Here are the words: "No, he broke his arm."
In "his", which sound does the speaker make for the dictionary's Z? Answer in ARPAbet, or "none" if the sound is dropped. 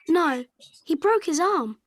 Z